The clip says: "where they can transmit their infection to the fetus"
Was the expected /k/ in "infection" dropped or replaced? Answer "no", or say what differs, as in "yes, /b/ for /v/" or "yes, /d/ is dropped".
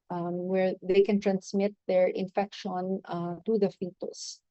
no